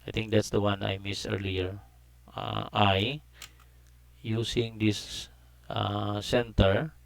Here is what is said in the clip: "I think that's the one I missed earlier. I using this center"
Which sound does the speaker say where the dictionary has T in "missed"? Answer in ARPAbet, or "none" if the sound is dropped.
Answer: none